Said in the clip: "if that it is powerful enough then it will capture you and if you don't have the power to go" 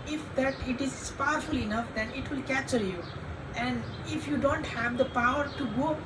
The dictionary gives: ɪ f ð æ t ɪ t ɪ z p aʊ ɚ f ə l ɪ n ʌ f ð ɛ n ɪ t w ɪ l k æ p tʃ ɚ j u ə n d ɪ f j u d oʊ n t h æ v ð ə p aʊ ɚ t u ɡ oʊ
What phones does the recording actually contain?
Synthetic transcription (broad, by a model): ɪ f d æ t ɪ t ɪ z p aʊ ɚ f ə l ɪ n ʌ f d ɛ n ɪ t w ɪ l k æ tʃ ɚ j u ə n d ɪ f j u d oʊ n t h æ v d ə p aʊ ɚ t u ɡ oʊ